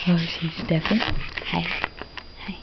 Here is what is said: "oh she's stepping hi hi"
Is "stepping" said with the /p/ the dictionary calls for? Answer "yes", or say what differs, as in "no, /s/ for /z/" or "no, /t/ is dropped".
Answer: no, /f/ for /p/